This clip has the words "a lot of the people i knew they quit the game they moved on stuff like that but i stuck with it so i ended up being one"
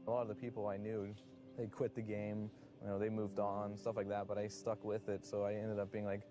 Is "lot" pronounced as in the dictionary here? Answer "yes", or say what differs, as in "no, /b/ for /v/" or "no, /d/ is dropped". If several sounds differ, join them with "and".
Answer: yes